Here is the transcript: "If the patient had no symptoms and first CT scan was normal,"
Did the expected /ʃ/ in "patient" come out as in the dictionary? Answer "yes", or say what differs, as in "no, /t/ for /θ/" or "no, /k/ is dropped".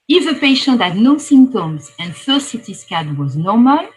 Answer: yes